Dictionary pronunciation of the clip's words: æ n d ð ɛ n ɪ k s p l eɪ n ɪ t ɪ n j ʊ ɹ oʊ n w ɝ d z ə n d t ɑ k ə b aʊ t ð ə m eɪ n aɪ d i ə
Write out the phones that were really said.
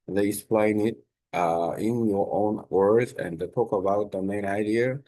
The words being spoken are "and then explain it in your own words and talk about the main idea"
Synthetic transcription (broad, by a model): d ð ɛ ɪ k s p l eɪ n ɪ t ɪ n j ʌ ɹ oʊ n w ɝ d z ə n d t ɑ k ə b aʊ t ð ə m eɪ n aɪ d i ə